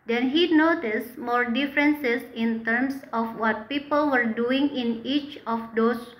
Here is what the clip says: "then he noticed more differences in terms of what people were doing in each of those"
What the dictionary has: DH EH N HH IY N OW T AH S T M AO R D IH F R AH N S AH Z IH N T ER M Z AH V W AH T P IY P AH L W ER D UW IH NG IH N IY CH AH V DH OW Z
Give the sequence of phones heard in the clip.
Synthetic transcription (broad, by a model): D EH N HH IY N OW T AH S T M AO R D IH F R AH N S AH S IH N T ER M S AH F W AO T P IY P AH L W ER D UW IH NG IH N IY CH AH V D OW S